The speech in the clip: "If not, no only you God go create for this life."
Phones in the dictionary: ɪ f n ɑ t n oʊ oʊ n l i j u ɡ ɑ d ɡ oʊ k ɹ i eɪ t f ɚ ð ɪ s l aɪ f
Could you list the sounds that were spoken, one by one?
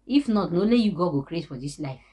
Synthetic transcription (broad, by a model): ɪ f n ɑ t n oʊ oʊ l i j u ɡ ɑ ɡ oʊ k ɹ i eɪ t f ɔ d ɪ s l aɪ f